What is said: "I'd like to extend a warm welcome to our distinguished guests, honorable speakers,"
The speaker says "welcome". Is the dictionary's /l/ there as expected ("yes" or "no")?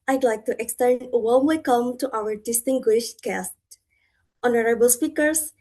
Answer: no